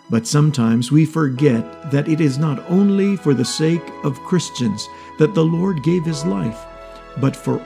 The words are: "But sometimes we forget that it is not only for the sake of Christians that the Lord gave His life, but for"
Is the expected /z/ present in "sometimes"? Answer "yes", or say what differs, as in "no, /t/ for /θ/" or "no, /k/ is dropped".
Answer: yes